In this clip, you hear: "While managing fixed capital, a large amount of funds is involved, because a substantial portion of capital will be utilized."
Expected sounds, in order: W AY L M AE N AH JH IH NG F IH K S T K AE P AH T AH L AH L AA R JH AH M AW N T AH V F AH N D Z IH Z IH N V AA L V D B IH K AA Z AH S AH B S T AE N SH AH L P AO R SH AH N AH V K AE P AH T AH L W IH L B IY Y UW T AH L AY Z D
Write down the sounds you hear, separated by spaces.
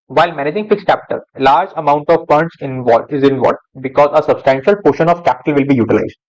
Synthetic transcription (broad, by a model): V AY L M AE N AH JH IH NG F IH K S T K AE P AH T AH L L AA R JH AH M AW N T AH V P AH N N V IH Z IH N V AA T B IH K AA Z AH S AH B S T AE N SH AH L P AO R SH AH N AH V K AE P AH T AH L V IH L B IY Y UW T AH L AY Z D